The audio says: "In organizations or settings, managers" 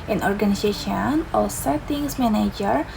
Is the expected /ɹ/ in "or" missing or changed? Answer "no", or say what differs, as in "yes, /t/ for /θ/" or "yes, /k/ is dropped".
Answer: yes, /l/ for /ɹ/